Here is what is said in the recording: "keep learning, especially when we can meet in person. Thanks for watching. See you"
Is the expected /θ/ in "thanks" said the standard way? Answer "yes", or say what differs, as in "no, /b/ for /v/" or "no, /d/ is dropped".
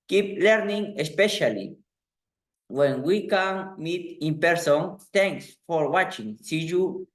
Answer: no, /t/ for /θ/